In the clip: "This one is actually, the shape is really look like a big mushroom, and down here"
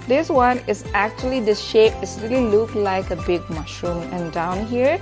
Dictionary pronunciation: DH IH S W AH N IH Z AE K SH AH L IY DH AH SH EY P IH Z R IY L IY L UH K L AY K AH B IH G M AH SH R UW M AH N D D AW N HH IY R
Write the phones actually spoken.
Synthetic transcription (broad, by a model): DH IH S W AH N IH Z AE K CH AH L IY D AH SH EY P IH S R IY L IY L UH K L AY K AH B IH G M AH SH R UW M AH N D D AW N HH IY R